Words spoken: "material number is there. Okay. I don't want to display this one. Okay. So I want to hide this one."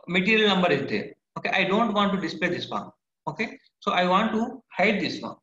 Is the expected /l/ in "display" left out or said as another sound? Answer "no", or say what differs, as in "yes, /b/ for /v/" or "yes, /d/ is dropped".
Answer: no